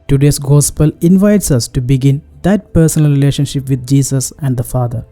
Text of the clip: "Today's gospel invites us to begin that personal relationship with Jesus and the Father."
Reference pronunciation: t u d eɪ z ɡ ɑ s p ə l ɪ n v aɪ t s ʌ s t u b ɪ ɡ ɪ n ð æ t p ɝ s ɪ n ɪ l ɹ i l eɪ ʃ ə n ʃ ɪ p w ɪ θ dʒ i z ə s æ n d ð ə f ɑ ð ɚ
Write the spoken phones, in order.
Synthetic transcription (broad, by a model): t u d eɪ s ɡ ɑ s p ə l ɪ n v aɪ t s ʌ s t u b ɪ ɡ ɪ n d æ t p ɝ s ɪ n ɪ l ɹ i l eɪ ʃ ə n ʃ ɪ p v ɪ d dʒ i s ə s æ n d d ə f ɑ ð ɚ